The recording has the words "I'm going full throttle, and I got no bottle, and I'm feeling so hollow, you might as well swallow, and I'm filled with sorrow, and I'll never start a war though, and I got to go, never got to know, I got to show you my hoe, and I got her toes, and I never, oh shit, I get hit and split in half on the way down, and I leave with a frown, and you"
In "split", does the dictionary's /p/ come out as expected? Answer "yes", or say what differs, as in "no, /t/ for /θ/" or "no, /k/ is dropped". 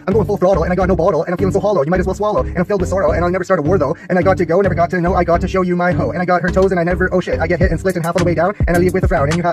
no, /p/ is dropped